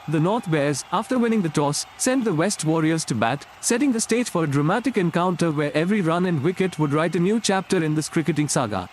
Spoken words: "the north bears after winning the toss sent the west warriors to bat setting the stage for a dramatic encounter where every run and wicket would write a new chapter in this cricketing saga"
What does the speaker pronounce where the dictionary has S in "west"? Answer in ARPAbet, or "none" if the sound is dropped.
S